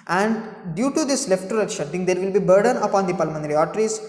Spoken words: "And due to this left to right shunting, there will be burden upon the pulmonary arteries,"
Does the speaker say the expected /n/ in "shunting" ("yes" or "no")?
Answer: no